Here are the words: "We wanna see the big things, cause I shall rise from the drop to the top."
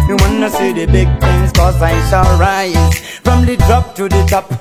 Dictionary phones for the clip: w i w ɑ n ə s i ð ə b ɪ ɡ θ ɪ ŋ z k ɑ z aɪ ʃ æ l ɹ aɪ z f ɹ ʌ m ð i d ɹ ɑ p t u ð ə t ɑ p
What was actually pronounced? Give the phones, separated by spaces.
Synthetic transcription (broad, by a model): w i w ɑ n ə s i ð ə b ɪ ɡ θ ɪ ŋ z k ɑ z aɪ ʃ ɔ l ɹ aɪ f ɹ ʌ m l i d ɹ ɑ p t u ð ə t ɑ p